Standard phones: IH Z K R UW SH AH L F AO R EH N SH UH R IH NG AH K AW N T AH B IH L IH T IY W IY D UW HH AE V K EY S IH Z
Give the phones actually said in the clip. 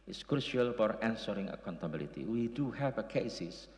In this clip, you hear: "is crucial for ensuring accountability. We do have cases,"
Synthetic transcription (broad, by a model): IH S K R UW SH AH L F AO R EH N S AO R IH NG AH K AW N T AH B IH L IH T IY W IY D UW HH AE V K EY S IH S